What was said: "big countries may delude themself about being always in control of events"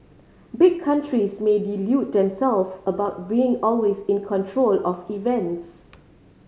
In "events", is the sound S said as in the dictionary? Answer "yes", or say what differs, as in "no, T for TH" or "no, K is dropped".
yes